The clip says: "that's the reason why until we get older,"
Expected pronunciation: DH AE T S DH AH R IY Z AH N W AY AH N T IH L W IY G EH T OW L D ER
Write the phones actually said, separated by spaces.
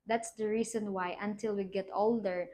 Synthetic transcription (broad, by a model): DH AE T S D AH R IY S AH N W AY AH N T IH L W IY G EH T OW L D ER